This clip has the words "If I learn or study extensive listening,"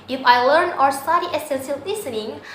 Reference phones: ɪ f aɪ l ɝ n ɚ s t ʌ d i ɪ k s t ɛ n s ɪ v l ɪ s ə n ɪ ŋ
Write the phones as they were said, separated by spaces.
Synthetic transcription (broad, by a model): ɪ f aɪ l ɝ n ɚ s t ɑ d i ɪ s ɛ n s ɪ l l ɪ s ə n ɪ ŋ